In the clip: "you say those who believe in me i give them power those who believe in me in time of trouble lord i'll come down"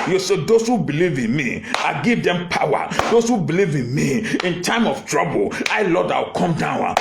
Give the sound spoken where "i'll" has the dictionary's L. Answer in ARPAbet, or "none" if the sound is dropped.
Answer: W